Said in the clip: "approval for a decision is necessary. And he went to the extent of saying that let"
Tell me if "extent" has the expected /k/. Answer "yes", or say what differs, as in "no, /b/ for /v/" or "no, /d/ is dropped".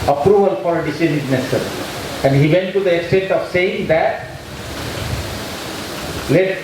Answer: yes